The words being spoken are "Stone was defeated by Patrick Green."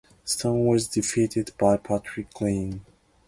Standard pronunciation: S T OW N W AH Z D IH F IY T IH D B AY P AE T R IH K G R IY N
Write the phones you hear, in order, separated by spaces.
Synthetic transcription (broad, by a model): S T OW N W AH Z D IH F IY T IH D B AY P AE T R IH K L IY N